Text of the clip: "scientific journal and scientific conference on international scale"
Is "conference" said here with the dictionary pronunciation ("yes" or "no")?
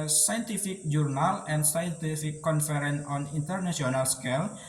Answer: no